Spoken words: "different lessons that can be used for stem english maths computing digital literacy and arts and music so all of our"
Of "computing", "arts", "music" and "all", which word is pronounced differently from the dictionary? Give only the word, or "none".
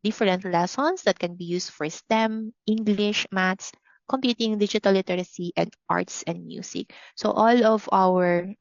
music